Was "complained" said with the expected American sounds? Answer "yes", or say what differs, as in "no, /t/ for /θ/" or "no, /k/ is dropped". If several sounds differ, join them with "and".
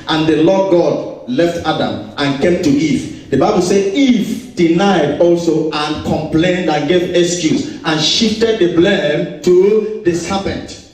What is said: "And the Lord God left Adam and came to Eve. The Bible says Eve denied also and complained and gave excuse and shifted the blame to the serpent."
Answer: yes